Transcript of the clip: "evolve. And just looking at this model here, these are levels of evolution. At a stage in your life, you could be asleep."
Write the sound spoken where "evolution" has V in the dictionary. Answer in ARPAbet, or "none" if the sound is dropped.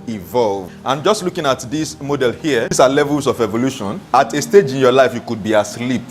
V